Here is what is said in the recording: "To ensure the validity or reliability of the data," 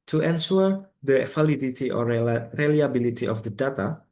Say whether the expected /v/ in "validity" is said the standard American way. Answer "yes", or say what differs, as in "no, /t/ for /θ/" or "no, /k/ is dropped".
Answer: no, /f/ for /v/